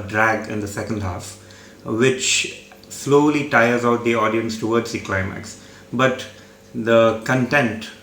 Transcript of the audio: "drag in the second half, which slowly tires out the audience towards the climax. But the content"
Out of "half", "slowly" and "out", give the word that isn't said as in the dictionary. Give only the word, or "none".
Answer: none